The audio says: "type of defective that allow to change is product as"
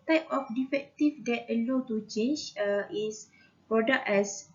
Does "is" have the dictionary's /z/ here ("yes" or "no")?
no